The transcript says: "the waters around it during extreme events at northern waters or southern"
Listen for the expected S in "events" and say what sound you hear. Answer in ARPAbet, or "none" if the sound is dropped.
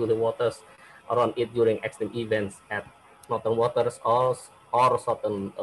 S